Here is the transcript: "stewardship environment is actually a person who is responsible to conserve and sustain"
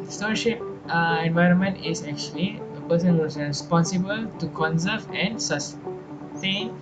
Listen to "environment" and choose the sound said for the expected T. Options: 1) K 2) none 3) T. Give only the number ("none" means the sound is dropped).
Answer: 3